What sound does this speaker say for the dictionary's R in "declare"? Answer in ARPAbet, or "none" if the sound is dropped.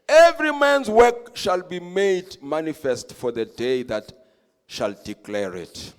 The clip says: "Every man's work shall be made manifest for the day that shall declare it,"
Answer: R